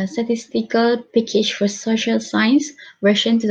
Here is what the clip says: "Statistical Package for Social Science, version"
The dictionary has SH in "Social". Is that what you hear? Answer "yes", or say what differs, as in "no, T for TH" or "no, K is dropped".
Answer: yes